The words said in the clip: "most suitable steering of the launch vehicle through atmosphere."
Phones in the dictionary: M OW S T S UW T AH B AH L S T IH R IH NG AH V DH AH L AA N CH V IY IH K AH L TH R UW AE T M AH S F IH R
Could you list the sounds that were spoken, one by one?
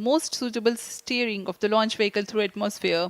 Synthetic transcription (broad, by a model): M OW S T S UW T AH B AH L S T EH R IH NG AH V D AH L AA N CH V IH K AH L T R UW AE T M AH S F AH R